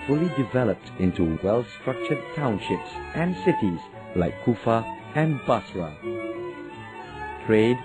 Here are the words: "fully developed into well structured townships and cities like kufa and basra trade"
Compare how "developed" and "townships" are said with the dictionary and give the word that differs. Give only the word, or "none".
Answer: none